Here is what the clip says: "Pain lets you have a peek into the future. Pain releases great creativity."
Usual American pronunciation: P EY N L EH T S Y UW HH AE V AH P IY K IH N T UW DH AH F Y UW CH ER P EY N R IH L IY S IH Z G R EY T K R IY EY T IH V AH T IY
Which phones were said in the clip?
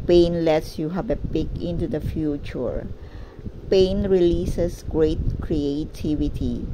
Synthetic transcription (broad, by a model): P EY N L EH T S Y UW HH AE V AH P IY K IH N T UW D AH F Y UW CH ER P EY N R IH L IY S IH S G R EY T K R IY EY T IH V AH T IY